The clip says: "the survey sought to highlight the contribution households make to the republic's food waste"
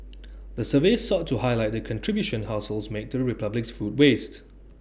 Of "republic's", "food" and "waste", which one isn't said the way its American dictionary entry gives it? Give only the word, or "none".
none